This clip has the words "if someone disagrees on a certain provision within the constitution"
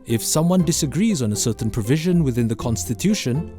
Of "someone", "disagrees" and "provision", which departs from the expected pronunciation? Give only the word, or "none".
none